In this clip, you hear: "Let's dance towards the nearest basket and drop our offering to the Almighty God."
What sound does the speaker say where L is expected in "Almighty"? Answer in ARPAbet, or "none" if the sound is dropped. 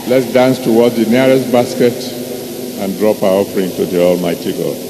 L